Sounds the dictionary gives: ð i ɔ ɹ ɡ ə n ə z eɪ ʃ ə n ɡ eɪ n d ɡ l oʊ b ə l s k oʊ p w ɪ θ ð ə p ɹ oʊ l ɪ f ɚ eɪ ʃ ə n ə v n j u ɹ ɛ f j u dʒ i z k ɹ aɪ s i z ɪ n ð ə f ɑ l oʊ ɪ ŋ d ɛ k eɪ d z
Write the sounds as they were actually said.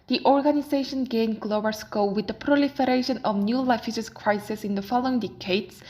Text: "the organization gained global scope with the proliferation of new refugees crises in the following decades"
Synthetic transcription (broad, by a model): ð i ɔ ɹ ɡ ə n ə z eɪ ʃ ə n ɡ eɪ n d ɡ l oʊ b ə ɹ s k oʊ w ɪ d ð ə p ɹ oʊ l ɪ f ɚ eɪ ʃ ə n ə v n j u l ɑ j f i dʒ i s k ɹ aɪ s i s ɪ n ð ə f ɑ l oʊ ɪ ŋ d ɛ k eɪ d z